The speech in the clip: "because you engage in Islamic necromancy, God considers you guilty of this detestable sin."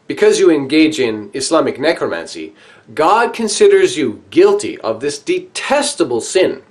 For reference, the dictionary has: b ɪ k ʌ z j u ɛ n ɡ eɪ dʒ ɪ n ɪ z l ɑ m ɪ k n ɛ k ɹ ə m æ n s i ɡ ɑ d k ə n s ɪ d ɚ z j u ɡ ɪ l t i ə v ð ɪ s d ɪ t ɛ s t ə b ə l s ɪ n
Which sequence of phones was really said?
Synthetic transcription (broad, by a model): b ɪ k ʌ z j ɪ ɛ n ɡ eɪ dʒ ɪ n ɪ s l ɑ m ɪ k n ɛ k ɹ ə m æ n s i ɡ ɑ d k ə n s ɪ d ɚ z j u ɡ ɪ l t i ə v ð ɪ s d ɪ t ɛ s t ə b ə l s ɪ n